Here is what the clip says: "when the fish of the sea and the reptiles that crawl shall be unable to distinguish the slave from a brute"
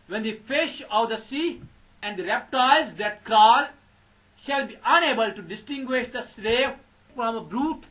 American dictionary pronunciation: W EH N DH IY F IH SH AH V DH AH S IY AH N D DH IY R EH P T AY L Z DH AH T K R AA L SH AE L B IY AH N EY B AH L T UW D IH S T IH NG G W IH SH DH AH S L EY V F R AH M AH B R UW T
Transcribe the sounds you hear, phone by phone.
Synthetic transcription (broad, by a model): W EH N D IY F IH SH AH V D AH S IY AH N D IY R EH P T AY Z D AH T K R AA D SH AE L B IY AH N EY B AH L T UW D IH S T IH NG G W IH SH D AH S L EY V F R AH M AH B R UW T